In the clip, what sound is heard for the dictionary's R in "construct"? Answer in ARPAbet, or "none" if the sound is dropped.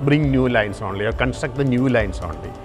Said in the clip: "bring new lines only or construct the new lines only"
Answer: none